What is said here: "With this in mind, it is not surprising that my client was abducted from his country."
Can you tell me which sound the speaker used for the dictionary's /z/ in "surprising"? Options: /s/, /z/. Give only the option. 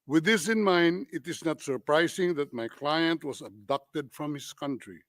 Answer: /s/